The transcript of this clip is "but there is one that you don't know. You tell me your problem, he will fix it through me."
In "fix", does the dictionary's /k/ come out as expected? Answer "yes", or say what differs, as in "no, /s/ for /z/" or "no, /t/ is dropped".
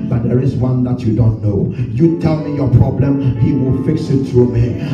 yes